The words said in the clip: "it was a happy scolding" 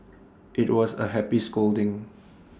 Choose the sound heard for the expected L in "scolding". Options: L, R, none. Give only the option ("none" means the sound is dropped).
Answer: L